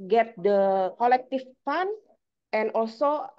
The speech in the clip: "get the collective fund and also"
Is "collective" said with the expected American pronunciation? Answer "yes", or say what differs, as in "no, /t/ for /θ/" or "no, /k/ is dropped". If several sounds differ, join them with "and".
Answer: no, /f/ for /v/